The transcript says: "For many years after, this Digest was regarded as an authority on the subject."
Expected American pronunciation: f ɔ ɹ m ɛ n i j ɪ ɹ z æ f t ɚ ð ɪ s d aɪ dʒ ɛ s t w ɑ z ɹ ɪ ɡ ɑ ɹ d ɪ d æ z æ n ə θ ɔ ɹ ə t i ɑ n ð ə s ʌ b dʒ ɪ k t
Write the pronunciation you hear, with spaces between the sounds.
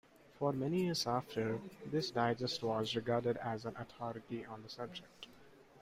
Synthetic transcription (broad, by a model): f ɔ ɹ m ɛ n i j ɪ ɹ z æ f t ɚ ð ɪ s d aɪ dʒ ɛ s t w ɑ z ɹ ɪ ɡ ɑ ɹ d ɪ d æ z æ n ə t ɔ ɹ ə t i ɑ n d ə s ʌ b dʒ ɪ k t